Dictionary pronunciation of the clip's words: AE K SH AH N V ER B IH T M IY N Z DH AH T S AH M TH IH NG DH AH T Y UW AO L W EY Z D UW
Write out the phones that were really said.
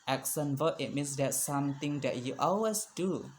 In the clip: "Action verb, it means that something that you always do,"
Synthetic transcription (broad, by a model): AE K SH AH N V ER IH T M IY N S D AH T S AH M T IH NG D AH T Y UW AO L W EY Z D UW